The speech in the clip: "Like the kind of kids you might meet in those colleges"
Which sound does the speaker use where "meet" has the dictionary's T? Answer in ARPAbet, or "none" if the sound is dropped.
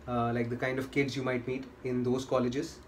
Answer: T